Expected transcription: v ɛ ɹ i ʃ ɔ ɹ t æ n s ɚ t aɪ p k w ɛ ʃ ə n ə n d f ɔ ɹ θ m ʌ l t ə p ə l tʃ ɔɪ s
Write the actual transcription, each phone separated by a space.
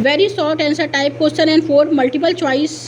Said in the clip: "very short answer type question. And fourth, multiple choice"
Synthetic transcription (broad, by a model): v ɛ ɹ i s ɔ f t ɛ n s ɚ t aɪ p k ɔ s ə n ə n d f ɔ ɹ m ʌ l t ə p ə l tʃ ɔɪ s